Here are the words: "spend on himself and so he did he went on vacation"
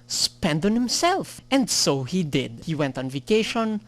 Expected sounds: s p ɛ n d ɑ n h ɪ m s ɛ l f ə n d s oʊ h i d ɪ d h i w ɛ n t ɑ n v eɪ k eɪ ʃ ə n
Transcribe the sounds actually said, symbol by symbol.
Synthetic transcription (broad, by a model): s p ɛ n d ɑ n h ɪ m s ɛ l f ə n d s oʊ h i d ɪ d h i w ɛ n t ɑ n v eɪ k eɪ ʃ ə n